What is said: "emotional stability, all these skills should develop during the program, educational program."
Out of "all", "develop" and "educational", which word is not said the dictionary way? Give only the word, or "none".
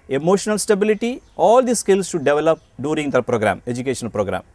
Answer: educational